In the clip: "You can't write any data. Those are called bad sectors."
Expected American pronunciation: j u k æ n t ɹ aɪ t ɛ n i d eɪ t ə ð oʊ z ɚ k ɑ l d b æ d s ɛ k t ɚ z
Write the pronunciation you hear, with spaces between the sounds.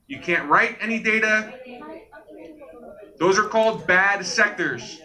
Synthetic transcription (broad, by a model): j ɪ k æ n t ɹ aɪ t ɛ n i d eɪ t ə ð oʊ z ɚ k ɑ l d b æ d s ɛ k t ɚ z